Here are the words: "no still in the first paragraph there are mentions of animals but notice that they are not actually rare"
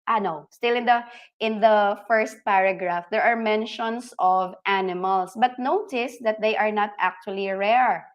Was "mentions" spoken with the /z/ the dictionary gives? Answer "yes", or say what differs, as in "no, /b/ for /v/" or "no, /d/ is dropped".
no, /s/ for /z/